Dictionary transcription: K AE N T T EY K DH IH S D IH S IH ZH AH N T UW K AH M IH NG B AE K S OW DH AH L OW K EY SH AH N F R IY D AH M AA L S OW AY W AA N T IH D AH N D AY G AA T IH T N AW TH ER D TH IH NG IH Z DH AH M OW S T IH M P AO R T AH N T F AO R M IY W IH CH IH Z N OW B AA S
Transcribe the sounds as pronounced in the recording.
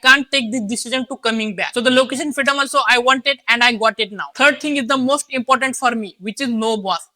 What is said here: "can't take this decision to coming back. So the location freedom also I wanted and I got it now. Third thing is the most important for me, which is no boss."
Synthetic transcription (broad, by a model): K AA N T T EY K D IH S D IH S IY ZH AH N T UW K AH M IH NG B AE K S OW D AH L OW K EY SH AH N F R IY D AH M AA L S OW AY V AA N T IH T AH N D AY G AA T IH T N AW T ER D T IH NG IH Z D AH M OW S T IH M P AO R T AH N T F AO R M IY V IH CH IH Z N OW B AA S